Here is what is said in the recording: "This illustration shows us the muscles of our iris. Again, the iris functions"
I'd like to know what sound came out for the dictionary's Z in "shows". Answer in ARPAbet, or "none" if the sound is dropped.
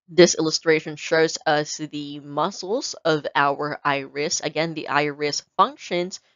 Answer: Z